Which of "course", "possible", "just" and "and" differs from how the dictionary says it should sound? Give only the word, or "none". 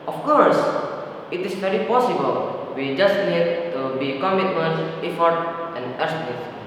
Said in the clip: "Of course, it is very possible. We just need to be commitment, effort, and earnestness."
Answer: none